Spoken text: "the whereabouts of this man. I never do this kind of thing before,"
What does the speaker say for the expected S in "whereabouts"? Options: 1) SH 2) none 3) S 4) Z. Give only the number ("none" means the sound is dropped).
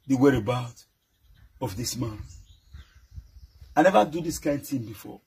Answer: 2